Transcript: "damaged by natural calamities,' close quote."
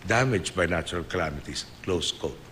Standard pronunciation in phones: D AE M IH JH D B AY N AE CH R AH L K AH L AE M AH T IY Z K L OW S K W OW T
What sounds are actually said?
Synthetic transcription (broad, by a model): D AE M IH JH B AY N AE CH R AH L K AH L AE M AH T IY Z K L OW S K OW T